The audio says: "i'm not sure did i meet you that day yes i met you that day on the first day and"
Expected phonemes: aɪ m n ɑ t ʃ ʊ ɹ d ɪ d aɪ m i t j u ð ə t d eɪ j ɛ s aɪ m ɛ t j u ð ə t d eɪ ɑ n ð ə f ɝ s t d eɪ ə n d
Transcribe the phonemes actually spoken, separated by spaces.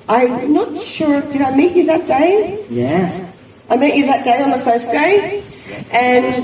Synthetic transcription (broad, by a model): aɪ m n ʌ t ʃ ʊ ɹ d ɪ d aɪ m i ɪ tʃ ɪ ð ə t d eɪ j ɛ aɪ m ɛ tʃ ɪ ð ə t d eɪ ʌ n ð ə f ɝ s d eɪ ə n